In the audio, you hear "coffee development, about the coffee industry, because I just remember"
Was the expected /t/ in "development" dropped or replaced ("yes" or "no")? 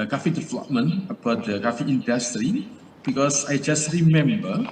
yes